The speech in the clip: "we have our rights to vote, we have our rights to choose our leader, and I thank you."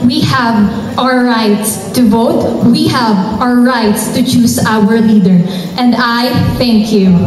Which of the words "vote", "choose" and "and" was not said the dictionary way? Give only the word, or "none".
choose